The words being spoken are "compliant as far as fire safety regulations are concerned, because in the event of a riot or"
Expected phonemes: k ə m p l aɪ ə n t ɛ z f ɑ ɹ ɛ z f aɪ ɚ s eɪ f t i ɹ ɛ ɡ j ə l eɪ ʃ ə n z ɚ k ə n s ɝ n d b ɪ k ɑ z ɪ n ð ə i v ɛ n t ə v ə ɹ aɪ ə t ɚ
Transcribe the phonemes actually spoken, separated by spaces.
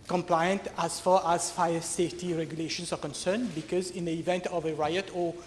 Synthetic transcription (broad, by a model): k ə m p l aɪ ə n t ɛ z f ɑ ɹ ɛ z f aɪ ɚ s eɪ f t i ɹ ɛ ɡ j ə l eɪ ʃ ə n s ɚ k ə n s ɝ n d b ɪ k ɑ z ɪ n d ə i v ɛ n t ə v ə ɹ aɪ ə t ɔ